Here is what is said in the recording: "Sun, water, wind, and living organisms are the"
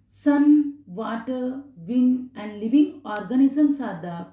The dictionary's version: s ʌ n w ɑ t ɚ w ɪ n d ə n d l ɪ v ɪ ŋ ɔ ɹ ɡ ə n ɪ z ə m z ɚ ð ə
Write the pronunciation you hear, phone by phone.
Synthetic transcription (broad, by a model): s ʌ n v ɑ t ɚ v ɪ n ə n d l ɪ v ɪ ŋ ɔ ɹ ɡ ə n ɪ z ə m s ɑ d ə